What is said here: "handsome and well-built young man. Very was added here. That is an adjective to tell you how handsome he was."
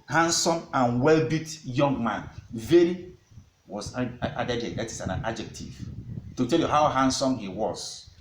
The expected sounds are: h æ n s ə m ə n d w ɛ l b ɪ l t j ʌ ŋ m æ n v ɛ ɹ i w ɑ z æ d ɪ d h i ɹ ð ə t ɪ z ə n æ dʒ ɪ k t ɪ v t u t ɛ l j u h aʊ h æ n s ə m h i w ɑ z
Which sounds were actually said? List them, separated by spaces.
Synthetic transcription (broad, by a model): h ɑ n s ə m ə n w ɛ l b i t j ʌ ŋ m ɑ n v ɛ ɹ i w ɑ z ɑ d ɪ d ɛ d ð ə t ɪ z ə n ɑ dʒ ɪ k t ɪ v t u t ɛ l j u h aʊ h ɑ n s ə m h i w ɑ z